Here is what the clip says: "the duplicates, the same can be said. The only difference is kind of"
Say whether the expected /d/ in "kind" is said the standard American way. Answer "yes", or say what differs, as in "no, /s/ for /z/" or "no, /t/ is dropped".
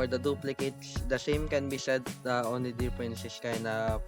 no, /d/ is dropped